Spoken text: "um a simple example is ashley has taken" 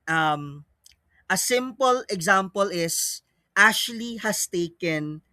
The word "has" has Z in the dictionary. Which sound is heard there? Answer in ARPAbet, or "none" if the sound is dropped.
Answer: S